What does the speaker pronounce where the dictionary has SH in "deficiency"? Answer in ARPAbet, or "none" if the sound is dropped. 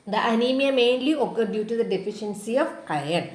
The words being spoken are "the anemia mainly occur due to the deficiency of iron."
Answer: SH